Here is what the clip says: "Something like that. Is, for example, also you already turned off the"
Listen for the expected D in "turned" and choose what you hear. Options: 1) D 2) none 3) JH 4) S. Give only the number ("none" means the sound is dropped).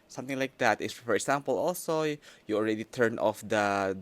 2